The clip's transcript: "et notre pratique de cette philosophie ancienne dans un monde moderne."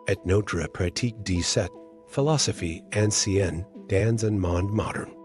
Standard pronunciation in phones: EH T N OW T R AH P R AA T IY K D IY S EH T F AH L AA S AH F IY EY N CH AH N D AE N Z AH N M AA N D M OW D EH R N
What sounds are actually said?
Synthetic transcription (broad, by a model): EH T N OW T R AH P R AA T IY K D IY S EH T F AH L AA S AH F IY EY N S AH N D AE N Z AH N M AA N D M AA D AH R N